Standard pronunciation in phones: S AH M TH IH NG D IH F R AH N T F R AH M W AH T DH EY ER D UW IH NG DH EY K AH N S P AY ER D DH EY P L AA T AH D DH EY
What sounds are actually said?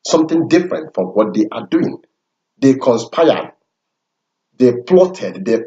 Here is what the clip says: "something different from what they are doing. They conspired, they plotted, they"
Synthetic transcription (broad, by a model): S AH M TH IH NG D IH F R AH N T F R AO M W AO T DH EY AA D UW IH NG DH EY K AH N S P AY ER D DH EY P L AA T AH D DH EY